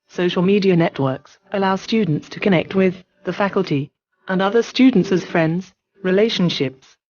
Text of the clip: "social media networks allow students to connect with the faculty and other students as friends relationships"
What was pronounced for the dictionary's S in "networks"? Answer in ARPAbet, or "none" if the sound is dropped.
S